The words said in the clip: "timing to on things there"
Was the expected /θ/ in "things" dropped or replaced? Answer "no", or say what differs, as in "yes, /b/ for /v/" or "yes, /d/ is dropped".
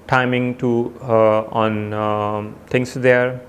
yes, /t/ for /θ/